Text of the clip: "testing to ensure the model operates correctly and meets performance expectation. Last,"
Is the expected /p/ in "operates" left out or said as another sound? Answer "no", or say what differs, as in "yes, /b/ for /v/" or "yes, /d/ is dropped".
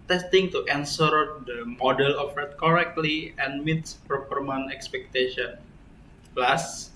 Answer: yes, /f/ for /p/